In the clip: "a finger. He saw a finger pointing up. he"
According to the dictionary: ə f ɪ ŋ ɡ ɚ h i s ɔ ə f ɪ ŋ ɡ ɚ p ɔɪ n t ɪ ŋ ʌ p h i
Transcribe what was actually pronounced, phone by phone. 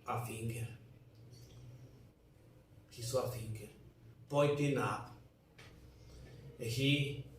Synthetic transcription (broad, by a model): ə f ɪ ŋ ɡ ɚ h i s ɔ ə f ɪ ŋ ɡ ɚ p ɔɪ t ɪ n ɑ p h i